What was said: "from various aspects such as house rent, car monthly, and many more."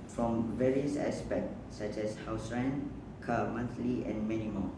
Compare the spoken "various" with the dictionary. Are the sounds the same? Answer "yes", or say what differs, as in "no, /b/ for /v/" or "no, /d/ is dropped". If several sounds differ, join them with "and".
yes